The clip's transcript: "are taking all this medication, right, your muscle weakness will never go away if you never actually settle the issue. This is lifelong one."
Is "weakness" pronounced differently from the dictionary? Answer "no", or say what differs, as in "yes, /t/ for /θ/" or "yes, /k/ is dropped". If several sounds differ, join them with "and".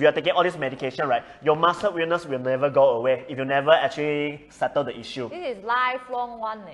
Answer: yes, /k/ is dropped